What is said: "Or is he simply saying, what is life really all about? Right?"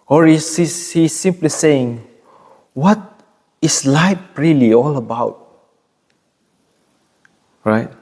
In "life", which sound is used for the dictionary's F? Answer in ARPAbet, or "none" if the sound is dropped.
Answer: P